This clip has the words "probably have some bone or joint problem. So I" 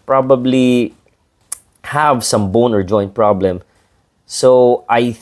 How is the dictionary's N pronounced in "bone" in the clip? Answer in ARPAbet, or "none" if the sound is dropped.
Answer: N